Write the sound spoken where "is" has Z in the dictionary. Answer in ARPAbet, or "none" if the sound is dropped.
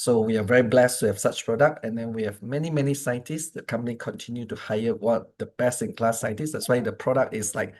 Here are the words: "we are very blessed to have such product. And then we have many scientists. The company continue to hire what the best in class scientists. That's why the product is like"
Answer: S